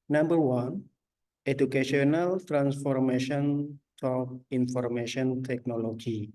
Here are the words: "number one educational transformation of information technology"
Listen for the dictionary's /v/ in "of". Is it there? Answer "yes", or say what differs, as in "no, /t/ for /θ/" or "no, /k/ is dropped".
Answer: no, /p/ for /v/